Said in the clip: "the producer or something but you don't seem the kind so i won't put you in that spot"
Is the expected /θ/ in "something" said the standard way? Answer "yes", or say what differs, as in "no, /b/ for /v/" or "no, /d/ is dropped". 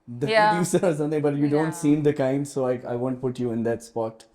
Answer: no, /t/ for /θ/